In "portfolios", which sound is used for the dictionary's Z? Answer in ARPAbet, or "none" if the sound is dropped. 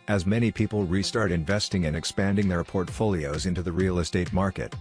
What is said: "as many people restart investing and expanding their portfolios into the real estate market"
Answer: Z